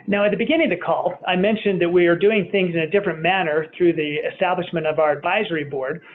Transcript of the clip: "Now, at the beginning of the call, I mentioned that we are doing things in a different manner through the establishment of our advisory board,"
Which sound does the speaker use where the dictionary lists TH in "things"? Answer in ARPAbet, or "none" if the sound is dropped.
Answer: TH